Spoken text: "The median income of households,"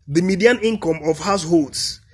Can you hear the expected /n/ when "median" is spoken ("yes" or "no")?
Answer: yes